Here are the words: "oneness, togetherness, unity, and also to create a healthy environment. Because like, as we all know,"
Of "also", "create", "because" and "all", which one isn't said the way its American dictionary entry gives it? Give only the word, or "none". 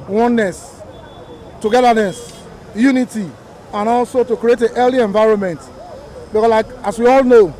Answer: because